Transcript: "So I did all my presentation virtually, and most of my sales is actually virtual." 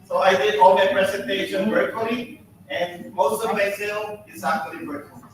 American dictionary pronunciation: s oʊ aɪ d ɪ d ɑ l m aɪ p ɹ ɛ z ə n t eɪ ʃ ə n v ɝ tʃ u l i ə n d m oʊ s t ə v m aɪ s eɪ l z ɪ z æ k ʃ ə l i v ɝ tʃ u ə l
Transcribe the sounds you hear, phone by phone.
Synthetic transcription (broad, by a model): s oʊ aɪ d ɪ d ɑ l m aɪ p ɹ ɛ s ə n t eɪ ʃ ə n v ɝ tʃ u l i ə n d m oʊ s t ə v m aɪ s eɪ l ɪ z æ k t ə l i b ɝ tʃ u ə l